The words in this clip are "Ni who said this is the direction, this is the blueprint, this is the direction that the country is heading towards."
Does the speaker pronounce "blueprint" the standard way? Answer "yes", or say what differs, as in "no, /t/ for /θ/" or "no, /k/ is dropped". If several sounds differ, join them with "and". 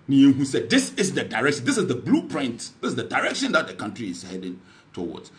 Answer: yes